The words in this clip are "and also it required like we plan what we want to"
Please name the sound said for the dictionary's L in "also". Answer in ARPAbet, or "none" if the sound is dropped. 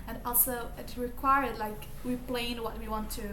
L